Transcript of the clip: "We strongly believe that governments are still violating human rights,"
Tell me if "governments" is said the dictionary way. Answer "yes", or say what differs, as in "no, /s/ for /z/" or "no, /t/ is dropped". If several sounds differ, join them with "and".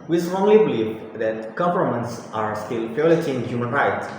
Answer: no, /f/ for /v/